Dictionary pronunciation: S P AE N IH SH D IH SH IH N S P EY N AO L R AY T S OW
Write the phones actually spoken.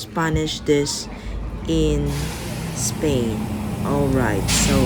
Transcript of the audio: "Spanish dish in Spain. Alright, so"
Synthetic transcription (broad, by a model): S P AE N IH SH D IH S IH N S P EY N AO L R AY T S OW